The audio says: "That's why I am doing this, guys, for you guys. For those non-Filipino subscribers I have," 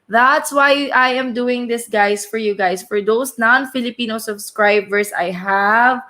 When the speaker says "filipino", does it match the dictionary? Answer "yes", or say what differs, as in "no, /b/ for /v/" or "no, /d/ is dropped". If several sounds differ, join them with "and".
yes